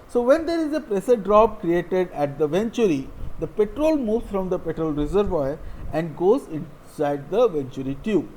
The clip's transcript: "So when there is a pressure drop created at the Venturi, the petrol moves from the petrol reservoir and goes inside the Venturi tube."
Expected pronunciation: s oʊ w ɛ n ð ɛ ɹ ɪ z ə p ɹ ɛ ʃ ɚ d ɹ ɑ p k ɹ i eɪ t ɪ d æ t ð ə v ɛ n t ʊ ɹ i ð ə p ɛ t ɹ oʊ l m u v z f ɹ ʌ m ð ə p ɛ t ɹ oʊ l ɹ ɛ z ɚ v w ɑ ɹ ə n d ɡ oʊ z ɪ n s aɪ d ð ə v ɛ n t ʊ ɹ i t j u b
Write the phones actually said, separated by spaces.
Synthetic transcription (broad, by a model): s oʊ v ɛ n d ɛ ɹ ɪ z ə p ɹ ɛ s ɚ d ɹ ɑ p k ɹ i eɪ t ɪ d æ t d ə v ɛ n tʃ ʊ ɹ i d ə p ɛ t ɹ oʊ l m u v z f ɹ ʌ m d ə p ɛ t ɹ oʊ l ɹ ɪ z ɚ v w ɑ ɹ ə n d ɡ oʊ z ɪ n s aɪ d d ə v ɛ n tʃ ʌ ɹ i t j u